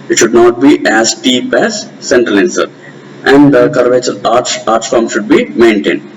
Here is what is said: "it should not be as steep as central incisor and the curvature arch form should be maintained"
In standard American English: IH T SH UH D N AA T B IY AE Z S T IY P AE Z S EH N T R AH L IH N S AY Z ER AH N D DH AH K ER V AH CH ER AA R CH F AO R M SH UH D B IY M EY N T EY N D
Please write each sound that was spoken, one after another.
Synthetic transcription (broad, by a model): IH T SH UH D N AA T B IY AE Z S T IY P AE Z S EH N T R AH L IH N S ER AH N D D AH K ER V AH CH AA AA R S F AO R M SH UH D B IY M EY N T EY N D